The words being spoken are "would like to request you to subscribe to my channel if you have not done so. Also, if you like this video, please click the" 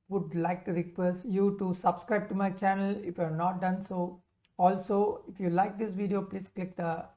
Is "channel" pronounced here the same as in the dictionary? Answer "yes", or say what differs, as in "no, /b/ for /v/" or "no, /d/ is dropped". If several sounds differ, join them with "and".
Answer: yes